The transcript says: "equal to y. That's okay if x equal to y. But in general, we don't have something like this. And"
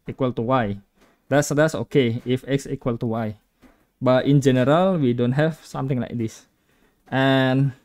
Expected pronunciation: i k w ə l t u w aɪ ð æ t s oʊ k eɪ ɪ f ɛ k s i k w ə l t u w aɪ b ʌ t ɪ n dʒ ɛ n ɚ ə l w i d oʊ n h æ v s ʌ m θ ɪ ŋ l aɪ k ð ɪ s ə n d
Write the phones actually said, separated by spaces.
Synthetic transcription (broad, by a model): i k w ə l t u w aɪ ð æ t s oʊ k eɪ ɪ f ɛ k s i k w ə l t u w aɪ b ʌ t ɪ n dʒ ɛ n ɚ ə l w i d oʊ n h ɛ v s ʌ m t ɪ ŋ l aɪ k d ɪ s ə n